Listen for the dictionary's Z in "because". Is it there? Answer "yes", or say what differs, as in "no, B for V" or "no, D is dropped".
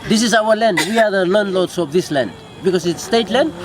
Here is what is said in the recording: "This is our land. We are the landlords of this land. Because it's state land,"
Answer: no, S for Z